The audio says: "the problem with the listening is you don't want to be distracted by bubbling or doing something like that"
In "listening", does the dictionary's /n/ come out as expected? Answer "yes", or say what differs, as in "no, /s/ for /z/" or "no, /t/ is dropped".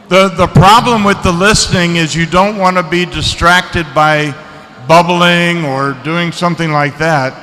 yes